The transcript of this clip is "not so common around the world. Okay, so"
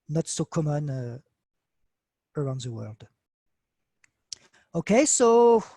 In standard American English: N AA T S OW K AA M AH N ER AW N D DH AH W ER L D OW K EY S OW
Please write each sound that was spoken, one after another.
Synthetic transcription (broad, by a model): N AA T S OW K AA M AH N ER AW N D DH AH W ER L D OW K EY S OW